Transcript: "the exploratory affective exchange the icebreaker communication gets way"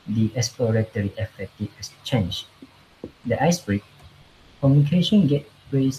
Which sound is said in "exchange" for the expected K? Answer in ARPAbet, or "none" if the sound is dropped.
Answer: none